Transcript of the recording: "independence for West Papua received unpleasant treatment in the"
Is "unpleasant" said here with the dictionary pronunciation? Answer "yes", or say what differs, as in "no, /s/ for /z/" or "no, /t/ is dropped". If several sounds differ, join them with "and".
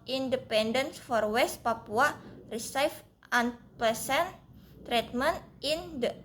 no, /l/ is dropped and /s/ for /z/